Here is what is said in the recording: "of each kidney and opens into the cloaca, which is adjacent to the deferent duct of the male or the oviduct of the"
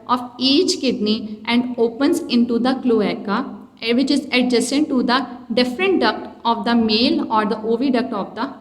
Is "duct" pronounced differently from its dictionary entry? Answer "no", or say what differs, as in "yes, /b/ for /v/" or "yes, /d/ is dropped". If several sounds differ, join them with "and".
no